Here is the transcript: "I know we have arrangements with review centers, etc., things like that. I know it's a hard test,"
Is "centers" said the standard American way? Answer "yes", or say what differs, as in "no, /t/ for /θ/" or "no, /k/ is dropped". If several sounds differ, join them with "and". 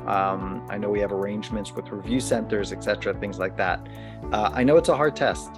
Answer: yes